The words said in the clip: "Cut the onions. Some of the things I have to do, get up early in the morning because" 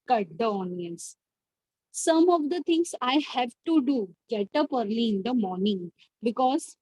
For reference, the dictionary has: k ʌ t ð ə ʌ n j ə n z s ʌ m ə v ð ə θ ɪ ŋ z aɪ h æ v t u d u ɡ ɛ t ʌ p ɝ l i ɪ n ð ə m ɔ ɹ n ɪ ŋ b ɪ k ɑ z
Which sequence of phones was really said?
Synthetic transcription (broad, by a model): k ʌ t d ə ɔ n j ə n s s ʌ m ə v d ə t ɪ ŋ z aɪ h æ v t u d u ɡ ɛ t ʌ p ɝ l i ɪ n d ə m ɔ ɹ n ɪ ŋ b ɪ k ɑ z